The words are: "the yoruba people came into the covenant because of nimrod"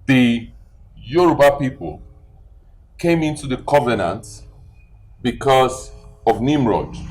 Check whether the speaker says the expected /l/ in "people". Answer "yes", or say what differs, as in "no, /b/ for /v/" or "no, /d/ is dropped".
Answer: yes